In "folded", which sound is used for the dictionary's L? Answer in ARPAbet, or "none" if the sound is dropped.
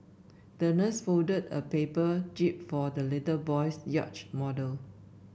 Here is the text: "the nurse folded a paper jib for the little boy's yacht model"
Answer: none